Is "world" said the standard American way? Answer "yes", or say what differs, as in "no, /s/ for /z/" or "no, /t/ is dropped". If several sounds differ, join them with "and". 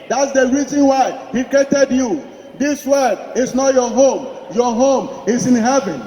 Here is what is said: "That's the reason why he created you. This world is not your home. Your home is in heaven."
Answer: no, /l/ is dropped